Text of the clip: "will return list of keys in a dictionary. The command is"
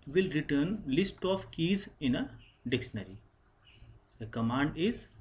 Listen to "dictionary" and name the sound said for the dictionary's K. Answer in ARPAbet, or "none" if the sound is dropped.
K